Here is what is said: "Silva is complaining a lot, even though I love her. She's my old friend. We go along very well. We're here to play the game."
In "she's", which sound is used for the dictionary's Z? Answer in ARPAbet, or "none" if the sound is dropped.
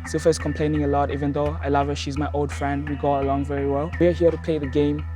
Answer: Z